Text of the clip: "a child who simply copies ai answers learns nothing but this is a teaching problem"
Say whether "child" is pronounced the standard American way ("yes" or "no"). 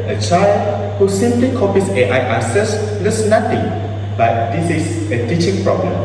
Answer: yes